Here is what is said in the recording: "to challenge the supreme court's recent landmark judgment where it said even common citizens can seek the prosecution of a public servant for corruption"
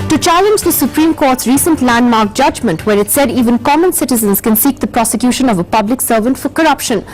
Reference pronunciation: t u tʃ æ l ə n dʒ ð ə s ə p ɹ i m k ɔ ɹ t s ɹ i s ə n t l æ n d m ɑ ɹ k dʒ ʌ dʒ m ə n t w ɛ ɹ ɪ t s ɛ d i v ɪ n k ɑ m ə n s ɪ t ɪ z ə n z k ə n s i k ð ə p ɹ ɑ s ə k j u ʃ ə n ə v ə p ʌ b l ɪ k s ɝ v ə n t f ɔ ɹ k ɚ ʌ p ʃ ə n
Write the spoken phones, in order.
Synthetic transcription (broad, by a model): t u tʃ æ l ə n dʒ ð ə s ə p ɹ i m k ɔ ɹ t s ɹ i s ə n t l æ n d m ɑ ɹ k dʒ ʌ dʒ m ə n t w ɛ ɹ ɪ t s ɛ d i v ɪ n k ɑ m ə n s ɪ t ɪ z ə n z k ə n s i k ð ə p ɹ ɑ s ə k j u ʃ ə n ə v ə p ʌ b l ɪ k s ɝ v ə n t f ɔ ɹ k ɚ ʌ p ʃ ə n